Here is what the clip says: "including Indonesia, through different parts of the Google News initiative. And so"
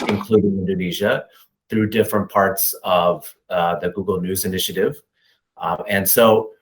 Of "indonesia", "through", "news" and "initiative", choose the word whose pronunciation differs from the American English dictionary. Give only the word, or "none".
none